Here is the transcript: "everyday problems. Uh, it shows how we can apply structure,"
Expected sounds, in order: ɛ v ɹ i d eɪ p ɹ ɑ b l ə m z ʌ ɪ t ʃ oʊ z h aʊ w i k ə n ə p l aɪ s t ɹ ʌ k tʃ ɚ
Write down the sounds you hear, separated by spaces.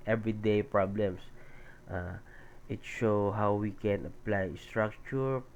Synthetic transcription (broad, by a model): ɛ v ɹ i d eɪ p ɹ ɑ b l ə m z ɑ ɪ t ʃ oʊ h aʊ w i k ə n ə p l aɪ s t ɹ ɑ k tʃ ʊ